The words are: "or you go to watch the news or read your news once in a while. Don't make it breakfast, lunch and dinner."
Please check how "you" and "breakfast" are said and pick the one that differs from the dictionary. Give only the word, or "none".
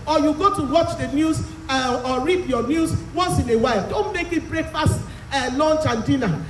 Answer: breakfast